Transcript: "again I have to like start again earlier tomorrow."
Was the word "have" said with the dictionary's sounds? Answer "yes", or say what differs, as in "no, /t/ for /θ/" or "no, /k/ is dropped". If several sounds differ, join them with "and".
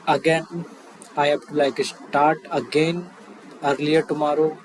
no, /b/ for /v/